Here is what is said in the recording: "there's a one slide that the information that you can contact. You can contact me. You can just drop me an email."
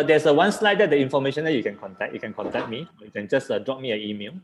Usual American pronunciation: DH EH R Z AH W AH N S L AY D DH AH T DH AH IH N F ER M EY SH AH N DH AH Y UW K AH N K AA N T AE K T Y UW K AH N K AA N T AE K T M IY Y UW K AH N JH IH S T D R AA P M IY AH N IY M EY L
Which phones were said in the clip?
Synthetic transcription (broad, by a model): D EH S AH W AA N S L AY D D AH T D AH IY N F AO M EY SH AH N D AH Y UW K AH N K AA N T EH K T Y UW K AH N K AA N T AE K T M IY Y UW K AH N JH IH S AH D R AA P M IY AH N IY M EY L